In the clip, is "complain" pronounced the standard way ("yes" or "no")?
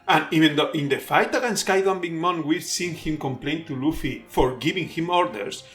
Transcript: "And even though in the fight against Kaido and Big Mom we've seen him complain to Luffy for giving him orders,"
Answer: yes